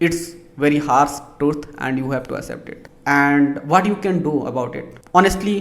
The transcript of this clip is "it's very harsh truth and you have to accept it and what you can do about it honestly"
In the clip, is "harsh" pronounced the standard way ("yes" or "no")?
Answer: no